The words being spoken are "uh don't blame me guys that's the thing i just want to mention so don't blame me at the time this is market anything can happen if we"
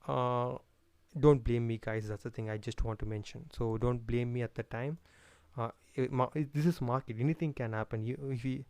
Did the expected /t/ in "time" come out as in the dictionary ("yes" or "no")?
yes